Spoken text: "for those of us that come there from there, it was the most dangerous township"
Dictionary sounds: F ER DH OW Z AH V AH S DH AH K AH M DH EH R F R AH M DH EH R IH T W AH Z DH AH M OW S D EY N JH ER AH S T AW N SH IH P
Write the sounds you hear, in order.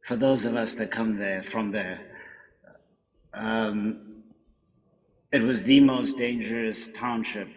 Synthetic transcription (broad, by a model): F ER DH OW Z AH V AH S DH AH K AH M DH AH R F R AH M DH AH R IH T W AH Z DH AH M OW S D EY N JH ER AH S T AW N SH IH P